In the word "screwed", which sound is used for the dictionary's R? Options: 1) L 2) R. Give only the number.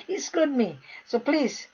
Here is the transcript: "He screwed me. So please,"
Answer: 1